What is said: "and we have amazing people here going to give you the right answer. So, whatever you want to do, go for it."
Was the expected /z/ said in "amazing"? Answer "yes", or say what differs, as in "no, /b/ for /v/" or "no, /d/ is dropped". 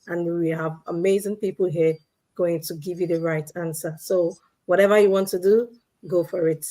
yes